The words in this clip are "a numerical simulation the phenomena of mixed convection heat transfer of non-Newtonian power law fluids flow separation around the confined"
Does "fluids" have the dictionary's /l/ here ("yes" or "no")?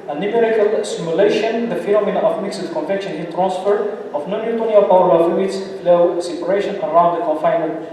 no